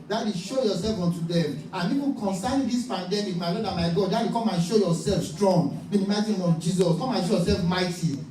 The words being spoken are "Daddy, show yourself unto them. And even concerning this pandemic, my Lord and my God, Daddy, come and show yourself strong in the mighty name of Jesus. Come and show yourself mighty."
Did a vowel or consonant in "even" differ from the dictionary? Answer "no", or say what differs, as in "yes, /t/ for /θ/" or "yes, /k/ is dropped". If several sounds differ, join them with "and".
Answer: yes, /p/ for /v/